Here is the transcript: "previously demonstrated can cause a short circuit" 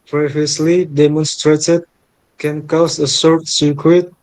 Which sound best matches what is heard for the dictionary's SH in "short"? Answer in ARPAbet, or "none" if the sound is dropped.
S